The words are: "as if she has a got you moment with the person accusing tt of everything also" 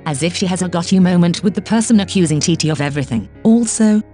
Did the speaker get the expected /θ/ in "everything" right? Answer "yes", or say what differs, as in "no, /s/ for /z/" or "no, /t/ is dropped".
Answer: yes